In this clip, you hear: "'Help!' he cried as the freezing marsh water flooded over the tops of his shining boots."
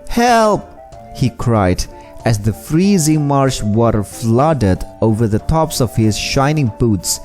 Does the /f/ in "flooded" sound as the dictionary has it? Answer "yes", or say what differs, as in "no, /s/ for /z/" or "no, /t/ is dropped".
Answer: yes